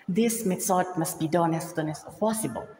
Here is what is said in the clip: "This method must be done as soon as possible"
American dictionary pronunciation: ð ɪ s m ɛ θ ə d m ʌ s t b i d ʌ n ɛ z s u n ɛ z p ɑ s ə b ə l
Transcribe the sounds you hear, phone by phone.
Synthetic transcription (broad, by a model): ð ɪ s m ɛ s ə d m ʌ s t b i d ʌ n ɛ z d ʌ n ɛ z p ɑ s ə b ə l